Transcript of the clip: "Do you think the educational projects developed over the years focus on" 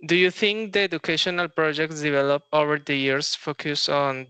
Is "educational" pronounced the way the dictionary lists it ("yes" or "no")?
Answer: yes